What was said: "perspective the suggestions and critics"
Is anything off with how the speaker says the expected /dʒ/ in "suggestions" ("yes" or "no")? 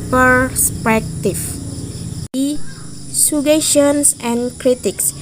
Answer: yes